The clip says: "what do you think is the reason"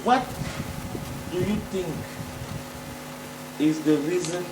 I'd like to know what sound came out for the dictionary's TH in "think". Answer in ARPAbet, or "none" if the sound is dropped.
T